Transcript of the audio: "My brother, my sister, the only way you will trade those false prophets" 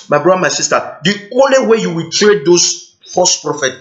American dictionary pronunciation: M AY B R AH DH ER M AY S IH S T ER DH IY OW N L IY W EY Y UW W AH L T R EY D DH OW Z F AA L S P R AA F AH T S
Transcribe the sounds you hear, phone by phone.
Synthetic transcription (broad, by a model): M AY B R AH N M AY S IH S T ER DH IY OW N L IY W EY Y UW W AH L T R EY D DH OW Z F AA S P R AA F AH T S